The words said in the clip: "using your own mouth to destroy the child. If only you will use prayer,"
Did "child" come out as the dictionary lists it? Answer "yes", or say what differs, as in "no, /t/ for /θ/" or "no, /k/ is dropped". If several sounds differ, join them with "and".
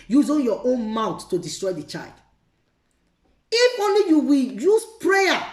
yes